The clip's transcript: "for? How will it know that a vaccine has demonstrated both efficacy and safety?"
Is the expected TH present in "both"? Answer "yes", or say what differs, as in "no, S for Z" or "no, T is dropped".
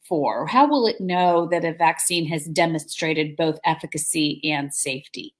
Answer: yes